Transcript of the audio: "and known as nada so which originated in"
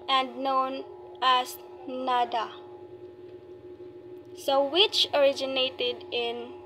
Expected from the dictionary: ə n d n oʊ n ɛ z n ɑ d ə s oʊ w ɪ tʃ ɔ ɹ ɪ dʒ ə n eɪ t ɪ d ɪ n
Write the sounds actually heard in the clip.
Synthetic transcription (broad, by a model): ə n d n oʊ n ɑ s n ɑ d ə s oʊ w ɪ tʃ ɔ ɹ ɪ dʒ ə n eɪ t ɪ d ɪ n